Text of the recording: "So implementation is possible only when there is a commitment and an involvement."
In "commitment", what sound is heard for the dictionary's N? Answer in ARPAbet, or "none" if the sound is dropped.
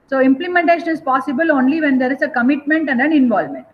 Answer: N